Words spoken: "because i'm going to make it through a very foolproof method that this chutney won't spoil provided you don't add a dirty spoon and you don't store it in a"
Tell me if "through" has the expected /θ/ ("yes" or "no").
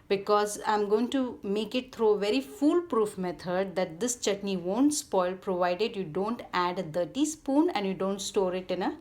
no